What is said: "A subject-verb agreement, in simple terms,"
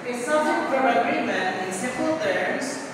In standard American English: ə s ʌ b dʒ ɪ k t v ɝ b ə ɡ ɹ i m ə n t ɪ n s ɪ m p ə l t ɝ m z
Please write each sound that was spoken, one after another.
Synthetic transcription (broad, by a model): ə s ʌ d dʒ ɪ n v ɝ ə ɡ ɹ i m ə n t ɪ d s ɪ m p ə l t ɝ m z